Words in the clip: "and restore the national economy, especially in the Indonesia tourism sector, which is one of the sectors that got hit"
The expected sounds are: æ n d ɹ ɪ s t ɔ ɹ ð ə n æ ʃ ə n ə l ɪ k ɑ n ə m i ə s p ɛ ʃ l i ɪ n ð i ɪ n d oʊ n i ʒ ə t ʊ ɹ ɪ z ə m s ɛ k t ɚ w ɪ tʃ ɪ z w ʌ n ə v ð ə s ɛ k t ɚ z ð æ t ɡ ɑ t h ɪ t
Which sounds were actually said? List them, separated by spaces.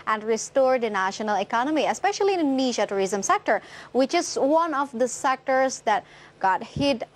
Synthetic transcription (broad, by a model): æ n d ɹ ɪ s t ɔ ɹ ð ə n æ ʃ ə n ə l ɪ k ɑ n ə m i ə s p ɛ ʃ i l i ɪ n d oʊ n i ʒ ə t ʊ ɹ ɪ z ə m s ɛ k t ɚ w ɪ tʃ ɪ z w ʌ n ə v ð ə s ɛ k t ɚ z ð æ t ɡ ɑ t h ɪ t